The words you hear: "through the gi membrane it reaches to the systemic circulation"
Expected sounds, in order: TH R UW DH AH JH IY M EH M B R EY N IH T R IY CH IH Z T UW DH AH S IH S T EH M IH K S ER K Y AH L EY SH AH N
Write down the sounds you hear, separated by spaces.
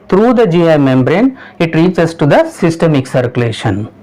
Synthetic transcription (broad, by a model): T R UW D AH JH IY M EH M B R EY N IH T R IY S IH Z T UW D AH S IH S T EH M IH K S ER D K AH L EY SH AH N